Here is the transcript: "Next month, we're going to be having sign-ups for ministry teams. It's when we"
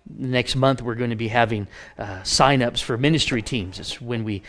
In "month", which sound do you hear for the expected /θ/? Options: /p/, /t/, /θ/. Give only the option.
/θ/